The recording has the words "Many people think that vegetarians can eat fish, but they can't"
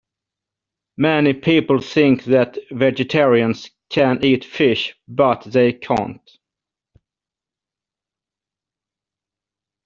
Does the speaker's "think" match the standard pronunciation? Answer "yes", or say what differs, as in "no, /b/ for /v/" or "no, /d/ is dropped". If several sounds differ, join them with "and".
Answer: yes